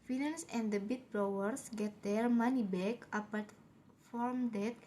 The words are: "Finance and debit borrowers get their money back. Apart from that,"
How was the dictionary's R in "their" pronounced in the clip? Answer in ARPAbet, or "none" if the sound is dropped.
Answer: L